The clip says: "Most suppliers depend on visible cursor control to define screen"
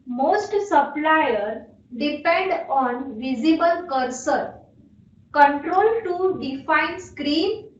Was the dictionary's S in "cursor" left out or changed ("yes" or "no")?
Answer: no